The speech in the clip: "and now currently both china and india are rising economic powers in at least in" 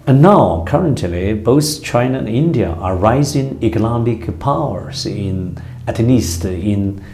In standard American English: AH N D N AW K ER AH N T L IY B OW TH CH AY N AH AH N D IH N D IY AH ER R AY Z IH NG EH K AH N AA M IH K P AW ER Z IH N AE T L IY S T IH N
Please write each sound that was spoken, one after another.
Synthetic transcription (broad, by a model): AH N N AW K ER AH N T L IY B OW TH CH AY N AH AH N IH N D IY AH ER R AY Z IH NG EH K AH L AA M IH K P AW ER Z IH N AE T N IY S T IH N